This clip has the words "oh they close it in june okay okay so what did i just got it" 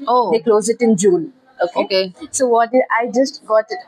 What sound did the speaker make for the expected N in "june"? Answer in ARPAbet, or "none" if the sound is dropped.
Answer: L